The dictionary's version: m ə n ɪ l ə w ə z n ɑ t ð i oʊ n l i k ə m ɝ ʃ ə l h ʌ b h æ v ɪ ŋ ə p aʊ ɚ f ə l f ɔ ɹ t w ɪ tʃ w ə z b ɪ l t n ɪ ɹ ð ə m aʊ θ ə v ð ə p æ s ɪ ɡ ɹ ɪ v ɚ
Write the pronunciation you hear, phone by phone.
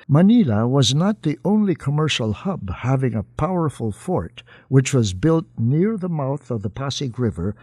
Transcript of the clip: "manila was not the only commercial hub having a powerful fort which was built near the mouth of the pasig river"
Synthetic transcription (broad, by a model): m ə n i l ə w ə z n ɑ t ð i oʊ n l i k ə m ɝ ʃ l h ʌ b h æ v ɪ ŋ ə p aʊ ɚ f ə l f ɔ ɹ t w ɪ tʃ w ə z b ɪ l t n ɪ ɹ ð ə m aʊ θ ə v ð ə p æ s ɪ ɡ ɹ ɪ v ɚ